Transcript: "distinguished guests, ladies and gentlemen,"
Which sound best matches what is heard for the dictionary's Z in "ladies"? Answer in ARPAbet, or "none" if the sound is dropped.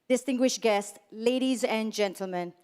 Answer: Z